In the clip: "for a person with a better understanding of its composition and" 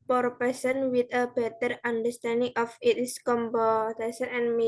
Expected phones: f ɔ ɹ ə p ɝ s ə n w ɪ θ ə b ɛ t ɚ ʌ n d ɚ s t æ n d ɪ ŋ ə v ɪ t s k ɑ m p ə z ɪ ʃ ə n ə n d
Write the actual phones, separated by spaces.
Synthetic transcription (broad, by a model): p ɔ ɹ p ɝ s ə n w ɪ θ ə b ɛ t ɚ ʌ n d ɚ s t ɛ n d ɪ ŋ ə f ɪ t s k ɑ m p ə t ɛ s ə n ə n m